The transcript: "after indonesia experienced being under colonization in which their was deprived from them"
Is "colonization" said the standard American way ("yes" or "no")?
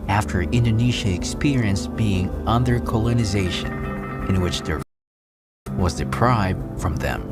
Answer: yes